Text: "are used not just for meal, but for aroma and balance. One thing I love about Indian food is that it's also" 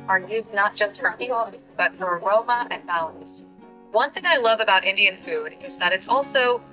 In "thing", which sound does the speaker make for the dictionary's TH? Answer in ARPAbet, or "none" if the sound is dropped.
TH